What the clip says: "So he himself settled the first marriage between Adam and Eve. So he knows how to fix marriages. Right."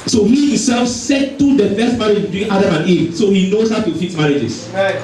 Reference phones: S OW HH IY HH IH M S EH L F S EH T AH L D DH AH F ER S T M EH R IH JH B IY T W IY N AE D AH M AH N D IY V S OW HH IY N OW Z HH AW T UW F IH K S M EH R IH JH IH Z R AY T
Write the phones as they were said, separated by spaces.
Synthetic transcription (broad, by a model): S OW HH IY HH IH S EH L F S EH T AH D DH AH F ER S T M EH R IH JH B IY T W IY N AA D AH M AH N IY S OW HH IY N OW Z HH AW T UW F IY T M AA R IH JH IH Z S